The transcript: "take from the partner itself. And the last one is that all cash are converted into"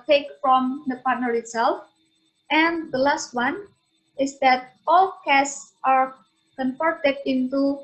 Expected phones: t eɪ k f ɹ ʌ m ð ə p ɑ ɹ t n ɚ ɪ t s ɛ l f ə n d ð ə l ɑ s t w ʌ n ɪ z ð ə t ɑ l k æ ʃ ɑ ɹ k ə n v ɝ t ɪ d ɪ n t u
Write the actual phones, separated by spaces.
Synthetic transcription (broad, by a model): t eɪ k f ɹ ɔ m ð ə p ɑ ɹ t n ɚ ɪ t s ɛ l f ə n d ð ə l ɑ s t w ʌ n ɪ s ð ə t ɑ l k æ s ɑ ɹ k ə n f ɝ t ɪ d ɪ n t u